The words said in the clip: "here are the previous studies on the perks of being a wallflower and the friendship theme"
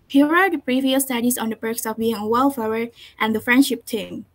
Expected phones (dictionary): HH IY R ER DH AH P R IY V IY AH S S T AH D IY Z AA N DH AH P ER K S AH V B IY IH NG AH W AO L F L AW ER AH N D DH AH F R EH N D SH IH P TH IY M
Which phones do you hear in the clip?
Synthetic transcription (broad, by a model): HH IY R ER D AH P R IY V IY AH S S T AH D IY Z AA N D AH B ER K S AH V B IY IH NG AH W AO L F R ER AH N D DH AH F R EH N D SH IH P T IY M